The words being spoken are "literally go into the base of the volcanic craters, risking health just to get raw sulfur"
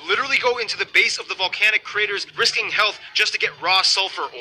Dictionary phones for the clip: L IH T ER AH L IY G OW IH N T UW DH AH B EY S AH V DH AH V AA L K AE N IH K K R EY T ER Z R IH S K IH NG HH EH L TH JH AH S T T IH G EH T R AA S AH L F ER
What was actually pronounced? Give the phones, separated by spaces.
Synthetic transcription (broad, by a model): L IH T ER L IY G OW IH N T UW DH AH B EY S AH V DH AH V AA L K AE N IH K K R EY T ER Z R IH S K IH NG HH EH L TH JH AH S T T IH G EH T R AA S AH L F ER